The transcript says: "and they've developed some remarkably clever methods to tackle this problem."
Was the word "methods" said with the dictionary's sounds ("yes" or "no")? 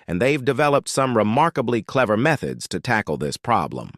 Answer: yes